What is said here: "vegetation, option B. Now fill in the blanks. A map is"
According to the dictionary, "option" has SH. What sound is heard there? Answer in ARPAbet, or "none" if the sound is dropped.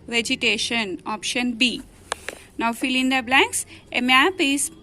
SH